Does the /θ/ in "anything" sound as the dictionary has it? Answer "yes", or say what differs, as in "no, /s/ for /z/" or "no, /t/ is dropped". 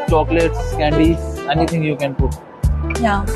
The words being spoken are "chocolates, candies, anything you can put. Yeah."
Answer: no, /t/ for /θ/